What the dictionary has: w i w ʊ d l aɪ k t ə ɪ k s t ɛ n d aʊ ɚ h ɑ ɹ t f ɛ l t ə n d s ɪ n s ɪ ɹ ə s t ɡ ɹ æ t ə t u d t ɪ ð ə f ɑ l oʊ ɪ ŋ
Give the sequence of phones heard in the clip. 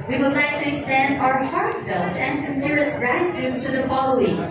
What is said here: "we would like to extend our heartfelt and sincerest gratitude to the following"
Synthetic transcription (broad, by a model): w i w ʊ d l aɪ k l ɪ s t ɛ n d aʊ ɚ h ɑ ɹ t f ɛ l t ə n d s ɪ n s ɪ ɹ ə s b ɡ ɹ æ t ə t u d t ɪ ð ə f ɑ l oʊ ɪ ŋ